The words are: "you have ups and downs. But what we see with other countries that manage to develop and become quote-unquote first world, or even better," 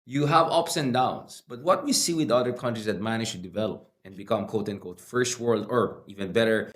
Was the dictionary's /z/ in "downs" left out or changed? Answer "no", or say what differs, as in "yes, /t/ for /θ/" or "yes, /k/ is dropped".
yes, /s/ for /z/